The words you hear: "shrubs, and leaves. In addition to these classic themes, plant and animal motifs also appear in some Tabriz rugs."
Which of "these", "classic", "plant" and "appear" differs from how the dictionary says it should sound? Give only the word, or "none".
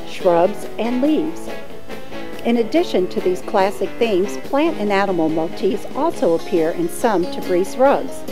none